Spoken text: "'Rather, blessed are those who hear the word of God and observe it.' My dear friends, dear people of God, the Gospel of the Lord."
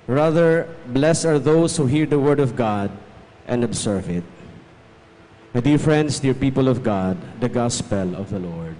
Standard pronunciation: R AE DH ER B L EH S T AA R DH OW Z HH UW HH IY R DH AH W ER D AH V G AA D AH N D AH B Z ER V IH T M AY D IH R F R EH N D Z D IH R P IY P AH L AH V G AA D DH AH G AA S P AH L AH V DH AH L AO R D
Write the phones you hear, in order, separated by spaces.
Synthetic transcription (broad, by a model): R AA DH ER B L EH S AA R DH OW S HH UW HH IY R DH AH W ER D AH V G AA D AH N D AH B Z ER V IH T M AY D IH R F R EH N D S D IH R P IY P AH L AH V G AA D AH G AA S P AH L AH V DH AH L AO R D